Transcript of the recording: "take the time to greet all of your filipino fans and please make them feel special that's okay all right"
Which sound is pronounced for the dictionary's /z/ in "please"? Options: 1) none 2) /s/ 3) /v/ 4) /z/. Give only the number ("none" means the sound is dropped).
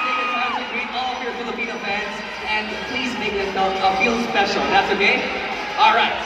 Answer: 4